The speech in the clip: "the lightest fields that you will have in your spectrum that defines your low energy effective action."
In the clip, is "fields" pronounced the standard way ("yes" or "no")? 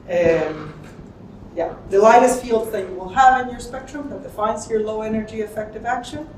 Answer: yes